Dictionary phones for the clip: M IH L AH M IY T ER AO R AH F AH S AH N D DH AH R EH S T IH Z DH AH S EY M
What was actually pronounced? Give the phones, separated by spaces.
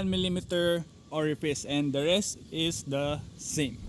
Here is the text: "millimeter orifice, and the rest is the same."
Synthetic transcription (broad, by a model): M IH L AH M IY T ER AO R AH P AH S AH N D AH R EH S T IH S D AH S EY M